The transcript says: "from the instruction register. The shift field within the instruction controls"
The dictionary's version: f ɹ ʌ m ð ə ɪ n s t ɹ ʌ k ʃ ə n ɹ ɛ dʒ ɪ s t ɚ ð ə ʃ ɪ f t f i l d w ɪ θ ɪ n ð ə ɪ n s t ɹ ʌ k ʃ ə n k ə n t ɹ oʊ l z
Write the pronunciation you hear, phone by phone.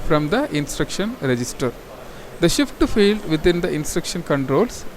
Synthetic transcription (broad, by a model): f ɹ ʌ m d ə ɪ n s t ɹ ʌ k ʃ ə n ɹ ɛ dʒ ɪ s t ɚ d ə ʃ ɪ f t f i l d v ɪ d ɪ n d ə ɪ n s t ɹ ʌ k ʃ ə n k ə n t ɹ oʊ l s